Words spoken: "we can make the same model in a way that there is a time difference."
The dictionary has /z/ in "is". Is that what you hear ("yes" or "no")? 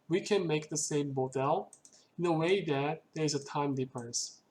yes